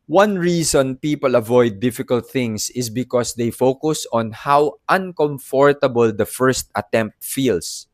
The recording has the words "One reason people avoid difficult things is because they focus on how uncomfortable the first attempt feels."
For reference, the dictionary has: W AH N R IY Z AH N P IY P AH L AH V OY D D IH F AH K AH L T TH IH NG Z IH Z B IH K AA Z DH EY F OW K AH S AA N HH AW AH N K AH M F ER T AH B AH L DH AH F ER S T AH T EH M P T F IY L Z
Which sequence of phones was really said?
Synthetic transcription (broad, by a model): W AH N R IY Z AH N P IY P AH L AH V OY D D IH F AH K AH L T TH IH NG S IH S B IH K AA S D EY F OW K AH S AA N HH AW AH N K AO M F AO T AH B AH L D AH F ER S T AH T EH M P T F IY L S